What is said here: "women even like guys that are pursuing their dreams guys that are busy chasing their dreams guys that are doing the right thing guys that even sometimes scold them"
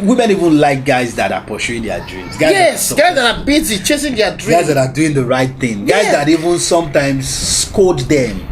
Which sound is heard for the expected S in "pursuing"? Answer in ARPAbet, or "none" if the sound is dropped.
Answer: SH